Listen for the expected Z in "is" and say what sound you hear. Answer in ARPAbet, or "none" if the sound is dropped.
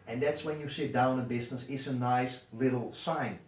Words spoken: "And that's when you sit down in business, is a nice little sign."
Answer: S